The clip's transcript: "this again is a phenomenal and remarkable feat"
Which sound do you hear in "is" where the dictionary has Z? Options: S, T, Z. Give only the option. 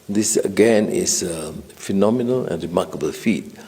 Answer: S